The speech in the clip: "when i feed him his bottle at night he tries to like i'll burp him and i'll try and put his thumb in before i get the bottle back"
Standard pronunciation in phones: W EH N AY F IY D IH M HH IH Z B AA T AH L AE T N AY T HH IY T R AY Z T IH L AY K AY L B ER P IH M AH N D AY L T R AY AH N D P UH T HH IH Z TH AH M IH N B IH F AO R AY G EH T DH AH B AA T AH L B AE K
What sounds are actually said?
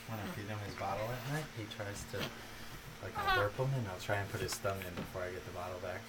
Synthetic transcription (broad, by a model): W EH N AY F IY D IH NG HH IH Z B AA T L AE T N AY T HH IY T R AY Z T IH L AY K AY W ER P IH M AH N AY L T R AY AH N P UH T HH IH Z T AH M IH N B IH F AO R AY G EH T DH AH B AA T L B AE K